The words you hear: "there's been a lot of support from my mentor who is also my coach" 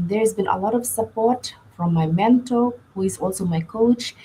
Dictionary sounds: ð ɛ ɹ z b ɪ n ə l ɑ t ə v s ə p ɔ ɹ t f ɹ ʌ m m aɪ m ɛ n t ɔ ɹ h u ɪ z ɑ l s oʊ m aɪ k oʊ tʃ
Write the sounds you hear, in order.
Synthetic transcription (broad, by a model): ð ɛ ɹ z b ɪ n ə l ɑ t ə v s ə p ɔ ɹ t f ɹ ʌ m m aɪ m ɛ n t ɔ l h u ɪ z ɑ l s oʊ m aɪ k oʊ tʃ